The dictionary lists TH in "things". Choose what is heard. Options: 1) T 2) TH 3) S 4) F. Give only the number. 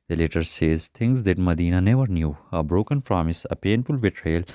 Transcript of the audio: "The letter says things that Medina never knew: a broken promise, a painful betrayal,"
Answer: 1